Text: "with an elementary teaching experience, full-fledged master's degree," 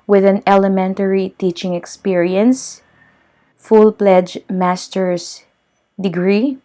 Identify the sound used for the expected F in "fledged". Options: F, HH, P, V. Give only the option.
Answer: P